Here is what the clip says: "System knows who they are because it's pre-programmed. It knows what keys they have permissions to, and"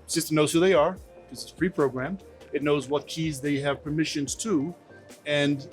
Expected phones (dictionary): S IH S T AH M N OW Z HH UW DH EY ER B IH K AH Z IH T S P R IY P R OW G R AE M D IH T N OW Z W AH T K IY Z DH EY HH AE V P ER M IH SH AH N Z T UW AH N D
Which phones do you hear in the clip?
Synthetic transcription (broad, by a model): S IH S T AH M N OW Z HH UW DH EY ER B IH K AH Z IH T S P R IY P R OW G R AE M IH T N OW Z W AH T K IY Z DH EY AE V P ER M IH SH AH N Z T UW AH N